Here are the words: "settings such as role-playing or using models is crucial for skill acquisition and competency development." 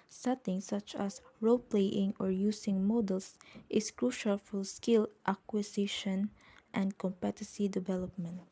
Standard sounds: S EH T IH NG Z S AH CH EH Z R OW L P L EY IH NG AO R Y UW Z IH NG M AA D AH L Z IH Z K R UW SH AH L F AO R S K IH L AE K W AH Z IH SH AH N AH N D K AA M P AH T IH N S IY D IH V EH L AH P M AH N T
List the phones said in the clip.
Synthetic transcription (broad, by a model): S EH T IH NG S AH CH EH S R OW L P L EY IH NG AO R Y UW S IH NG M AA D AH L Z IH S K R UW SH AH L F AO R S K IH L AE K W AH S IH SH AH N AH N D K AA M P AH T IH S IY D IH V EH L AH P M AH N T